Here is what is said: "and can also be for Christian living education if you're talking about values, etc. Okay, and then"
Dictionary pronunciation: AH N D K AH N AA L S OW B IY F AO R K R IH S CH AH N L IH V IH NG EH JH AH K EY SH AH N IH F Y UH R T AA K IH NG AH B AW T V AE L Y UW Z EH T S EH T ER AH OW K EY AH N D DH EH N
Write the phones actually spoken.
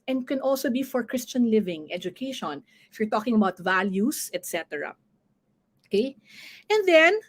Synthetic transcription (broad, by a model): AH N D K AH N AA L S OW B IY F AO R K R IH S CH AH N L IH V IH NG EH JH AH K EY SH AH N IH F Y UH R T AA K IH NG AH B AW T V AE L Y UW S EH T S EH T ER AH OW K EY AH N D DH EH N